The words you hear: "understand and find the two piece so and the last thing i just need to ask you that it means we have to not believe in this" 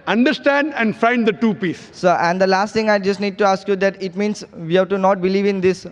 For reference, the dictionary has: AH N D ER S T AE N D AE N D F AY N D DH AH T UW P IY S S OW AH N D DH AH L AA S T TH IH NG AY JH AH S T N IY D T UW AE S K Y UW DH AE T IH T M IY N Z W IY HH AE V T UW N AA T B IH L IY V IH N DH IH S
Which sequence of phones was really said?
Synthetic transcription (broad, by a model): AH N D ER S T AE N D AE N D F AY N D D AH T UW P IY S S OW AH N D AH L AA S T T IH NG AY JH AH S T N IY D T UW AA S K Y UW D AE T IH T M IY N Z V IY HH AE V T UW N AA T B IH L IY V IH N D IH S